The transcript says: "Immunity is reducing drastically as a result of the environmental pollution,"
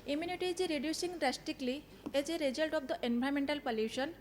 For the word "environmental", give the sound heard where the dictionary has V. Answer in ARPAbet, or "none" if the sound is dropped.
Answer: B